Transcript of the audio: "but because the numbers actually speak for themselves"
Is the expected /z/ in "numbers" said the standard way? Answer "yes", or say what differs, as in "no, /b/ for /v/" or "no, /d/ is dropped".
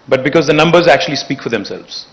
yes